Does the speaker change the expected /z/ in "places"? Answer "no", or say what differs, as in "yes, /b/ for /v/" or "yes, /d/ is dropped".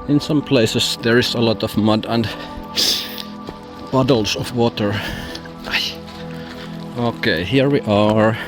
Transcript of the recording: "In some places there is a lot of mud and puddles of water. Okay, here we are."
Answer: yes, /s/ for /z/